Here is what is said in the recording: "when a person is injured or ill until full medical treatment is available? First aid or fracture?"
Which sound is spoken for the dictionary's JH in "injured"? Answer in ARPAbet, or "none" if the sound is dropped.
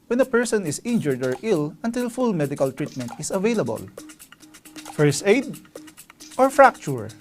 JH